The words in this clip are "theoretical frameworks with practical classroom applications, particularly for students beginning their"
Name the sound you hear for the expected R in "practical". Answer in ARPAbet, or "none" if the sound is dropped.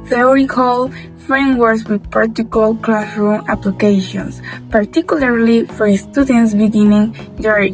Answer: none